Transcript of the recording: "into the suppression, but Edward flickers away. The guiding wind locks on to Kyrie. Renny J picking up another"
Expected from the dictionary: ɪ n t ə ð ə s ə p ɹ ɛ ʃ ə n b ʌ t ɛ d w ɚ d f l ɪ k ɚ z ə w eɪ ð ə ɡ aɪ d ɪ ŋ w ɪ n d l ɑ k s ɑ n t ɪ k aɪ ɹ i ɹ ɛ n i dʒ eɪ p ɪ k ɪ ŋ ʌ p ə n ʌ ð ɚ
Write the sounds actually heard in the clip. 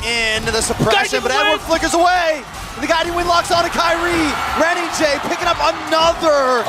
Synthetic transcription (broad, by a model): ɪ n ð ə s ə p ɹ ɛ ʃ ə n b ʌ t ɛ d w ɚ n f l ɪ k ɚ z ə w eɪ ð ə ɡ aɪ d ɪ w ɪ n l ɑ k s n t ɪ k aɪ ɹ i ɹ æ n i dʒ eɪ p ɪ k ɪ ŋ ʌ p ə n ʌ ð ɚ